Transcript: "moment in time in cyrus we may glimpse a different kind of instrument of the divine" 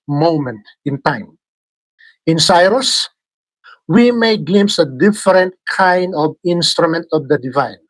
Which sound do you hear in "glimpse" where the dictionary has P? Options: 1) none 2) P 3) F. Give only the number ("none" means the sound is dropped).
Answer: 1